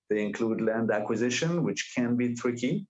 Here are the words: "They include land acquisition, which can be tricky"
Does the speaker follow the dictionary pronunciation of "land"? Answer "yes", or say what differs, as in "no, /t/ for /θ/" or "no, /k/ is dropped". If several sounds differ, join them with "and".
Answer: yes